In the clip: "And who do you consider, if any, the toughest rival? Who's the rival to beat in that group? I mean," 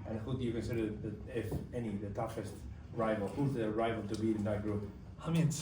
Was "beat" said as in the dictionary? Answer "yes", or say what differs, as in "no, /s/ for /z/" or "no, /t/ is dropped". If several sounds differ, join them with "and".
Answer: no, /t/ is dropped